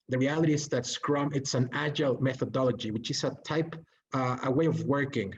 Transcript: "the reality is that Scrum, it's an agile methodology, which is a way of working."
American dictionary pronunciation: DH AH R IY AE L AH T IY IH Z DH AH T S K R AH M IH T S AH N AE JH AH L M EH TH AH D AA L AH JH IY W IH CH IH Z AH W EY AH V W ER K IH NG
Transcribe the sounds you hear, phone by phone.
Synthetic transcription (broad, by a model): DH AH R IY AE L AH T IY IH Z DH AH T S K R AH M IH T S AH N AE JH AH L M EH TH AH D AA L AH JH IY W IH CH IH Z AH W EY AH V W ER K IH NG